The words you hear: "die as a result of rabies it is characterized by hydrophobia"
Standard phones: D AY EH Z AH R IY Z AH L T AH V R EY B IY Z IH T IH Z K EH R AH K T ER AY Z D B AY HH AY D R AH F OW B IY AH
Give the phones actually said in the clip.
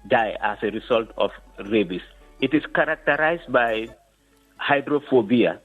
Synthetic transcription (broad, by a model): D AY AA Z AH R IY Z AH L T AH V R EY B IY S IH T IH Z K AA R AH K T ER AY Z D B AY HH AY D R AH F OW B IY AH